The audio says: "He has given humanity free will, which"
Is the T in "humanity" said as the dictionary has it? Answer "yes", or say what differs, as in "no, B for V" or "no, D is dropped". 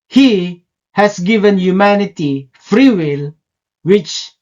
yes